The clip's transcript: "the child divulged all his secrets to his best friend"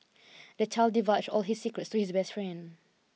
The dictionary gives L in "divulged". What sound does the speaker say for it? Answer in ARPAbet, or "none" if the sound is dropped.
none